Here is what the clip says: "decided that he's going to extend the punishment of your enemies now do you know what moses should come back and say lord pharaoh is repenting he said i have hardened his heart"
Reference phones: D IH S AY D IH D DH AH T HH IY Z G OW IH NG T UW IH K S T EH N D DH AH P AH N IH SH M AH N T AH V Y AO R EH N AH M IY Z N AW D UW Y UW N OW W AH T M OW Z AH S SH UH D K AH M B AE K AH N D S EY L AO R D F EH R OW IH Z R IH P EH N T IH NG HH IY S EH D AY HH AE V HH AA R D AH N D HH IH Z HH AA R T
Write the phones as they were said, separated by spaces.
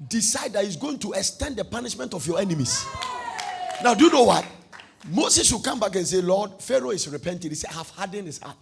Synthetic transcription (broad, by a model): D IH S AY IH D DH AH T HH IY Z G OW IH NG T UW IH K S T EH N D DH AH P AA N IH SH M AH N T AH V Y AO EH N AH M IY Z N AW D UW Y UW N OW W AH T M OW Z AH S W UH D K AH M B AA K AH N S EY L AO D F EH R OW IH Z R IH P EH N T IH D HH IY S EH AY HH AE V HH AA D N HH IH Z HH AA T